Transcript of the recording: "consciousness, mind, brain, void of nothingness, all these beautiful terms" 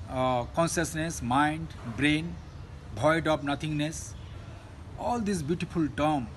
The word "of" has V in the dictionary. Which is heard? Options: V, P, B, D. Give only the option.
P